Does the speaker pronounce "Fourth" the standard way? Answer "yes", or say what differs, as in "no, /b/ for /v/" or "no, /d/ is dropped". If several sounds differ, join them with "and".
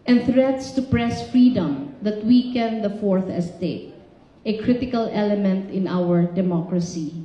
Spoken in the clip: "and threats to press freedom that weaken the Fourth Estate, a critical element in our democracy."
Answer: yes